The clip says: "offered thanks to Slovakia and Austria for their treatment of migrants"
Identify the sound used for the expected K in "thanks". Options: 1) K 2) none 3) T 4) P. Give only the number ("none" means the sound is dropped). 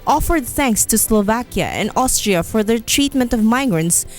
1